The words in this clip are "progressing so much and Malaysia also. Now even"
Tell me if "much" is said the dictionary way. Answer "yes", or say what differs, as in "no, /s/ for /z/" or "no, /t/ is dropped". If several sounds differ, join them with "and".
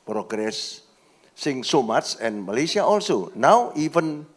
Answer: no, /s/ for /tʃ/